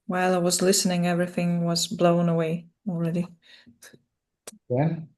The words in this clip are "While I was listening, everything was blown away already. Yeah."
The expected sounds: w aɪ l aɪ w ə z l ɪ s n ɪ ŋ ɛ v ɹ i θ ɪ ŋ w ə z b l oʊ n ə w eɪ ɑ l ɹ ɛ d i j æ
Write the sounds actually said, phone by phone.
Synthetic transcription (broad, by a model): w aɪ l aɪ w ə z l ɪ s n ɪ ŋ ɛ v ɹ i θ ɪ ŋ w ə z b l oʊ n ə w eɪ ɑ l ɹ ɛ d i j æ